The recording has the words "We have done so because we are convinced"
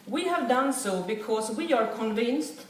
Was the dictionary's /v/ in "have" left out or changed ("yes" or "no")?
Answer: no